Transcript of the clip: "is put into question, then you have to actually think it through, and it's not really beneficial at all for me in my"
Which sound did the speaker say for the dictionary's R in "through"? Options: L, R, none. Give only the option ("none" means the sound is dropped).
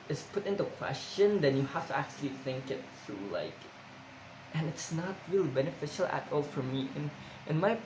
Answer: L